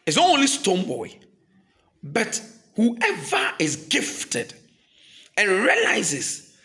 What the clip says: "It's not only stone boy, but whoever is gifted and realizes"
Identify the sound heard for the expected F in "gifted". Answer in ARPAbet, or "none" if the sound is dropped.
F